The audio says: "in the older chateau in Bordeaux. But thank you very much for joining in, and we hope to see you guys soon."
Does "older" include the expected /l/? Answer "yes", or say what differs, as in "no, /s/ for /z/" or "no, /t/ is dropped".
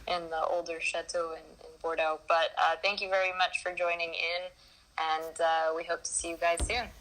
yes